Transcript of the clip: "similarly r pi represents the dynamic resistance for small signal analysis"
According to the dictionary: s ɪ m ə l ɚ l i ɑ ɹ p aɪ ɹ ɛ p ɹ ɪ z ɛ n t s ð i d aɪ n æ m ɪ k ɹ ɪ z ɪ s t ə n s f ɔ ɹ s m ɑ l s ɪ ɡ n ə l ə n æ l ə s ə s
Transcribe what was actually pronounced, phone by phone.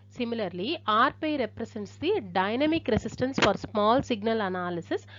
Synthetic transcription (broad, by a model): s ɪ m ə l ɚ l i ɑ ɹ p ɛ ɹ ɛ p ɹ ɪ s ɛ n t s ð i d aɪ n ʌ m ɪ k ɹ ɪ s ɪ s t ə n s f ɔ ɹ s m ɑ l s ɪ ɡ n ə l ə n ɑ l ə s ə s